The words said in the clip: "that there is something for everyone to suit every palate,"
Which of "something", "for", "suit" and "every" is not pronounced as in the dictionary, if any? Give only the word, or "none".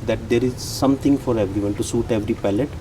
something